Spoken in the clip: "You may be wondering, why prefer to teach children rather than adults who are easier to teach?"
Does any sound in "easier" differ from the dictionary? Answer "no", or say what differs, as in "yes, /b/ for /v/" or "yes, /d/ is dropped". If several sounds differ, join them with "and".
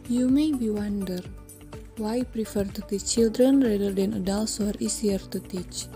yes, /s/ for /z/